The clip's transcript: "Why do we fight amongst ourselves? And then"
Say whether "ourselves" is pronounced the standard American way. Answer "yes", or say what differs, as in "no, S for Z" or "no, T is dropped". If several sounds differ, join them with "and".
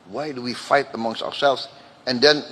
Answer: yes